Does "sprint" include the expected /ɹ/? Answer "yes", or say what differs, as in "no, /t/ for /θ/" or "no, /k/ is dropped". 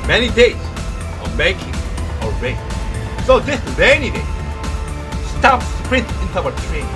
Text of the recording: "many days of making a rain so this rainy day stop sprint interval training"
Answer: yes